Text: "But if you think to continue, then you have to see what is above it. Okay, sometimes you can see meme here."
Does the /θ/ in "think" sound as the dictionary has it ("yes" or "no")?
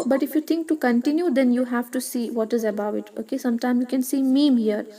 no